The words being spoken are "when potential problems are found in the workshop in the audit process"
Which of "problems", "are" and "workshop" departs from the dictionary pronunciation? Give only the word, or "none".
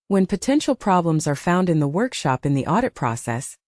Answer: none